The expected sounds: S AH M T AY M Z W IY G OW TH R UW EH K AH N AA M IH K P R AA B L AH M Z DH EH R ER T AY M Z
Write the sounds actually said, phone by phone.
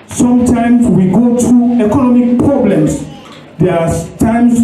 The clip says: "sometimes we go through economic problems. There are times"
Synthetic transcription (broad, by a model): S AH M T AY M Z W IY G OW T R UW EH K AH N AA M IH K P R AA B L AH M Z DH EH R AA T AY M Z